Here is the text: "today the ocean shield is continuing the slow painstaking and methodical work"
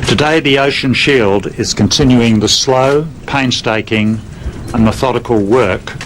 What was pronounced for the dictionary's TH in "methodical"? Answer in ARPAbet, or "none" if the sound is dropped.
TH